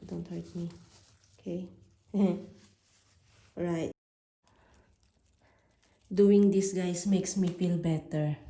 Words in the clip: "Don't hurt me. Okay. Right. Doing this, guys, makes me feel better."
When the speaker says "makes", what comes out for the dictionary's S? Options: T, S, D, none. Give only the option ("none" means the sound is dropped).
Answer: S